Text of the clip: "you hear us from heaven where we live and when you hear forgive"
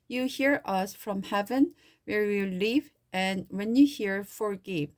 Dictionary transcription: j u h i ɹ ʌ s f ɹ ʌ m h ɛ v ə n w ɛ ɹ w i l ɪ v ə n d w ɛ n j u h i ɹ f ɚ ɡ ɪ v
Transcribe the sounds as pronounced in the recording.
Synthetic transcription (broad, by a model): j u h i ɹ ʌ s f ɹ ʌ m h ɛ v ə n w ɛ ɹ w i l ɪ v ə n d w ɛ n j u h i ɹ f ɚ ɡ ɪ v